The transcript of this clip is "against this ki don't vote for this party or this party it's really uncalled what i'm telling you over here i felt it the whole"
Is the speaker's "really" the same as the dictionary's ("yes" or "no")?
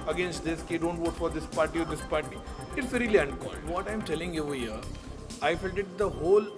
yes